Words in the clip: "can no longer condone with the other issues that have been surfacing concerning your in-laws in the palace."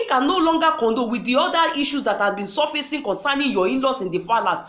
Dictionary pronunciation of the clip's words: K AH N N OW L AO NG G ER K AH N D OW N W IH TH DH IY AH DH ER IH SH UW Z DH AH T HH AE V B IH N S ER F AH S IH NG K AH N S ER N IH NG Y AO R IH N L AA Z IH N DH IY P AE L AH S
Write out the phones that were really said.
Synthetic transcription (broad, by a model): K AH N N OW L AO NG G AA K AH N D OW W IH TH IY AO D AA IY SH UW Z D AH T HH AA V B IH N S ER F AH S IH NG K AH N S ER N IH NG Y AO IH N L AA S IH N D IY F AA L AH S